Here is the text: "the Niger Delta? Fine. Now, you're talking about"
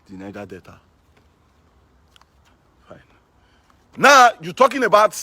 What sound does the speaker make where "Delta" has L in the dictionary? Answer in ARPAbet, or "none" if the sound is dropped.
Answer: none